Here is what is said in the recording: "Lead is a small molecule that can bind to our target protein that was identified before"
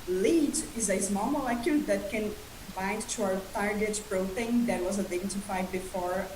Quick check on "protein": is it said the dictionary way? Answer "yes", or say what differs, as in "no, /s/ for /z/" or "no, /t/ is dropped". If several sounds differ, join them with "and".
no, /b/ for /p/